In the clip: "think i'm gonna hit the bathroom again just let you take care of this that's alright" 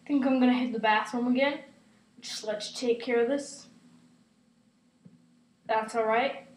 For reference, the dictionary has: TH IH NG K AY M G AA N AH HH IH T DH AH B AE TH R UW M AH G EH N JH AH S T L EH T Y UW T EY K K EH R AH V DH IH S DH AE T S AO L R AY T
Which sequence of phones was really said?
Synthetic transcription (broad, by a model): TH IH NG K AY M G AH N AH HH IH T DH AH B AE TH UW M AH G EH N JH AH S T L EH T T EY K K EH R AH V DH IH S DH AE T S AO L R AY T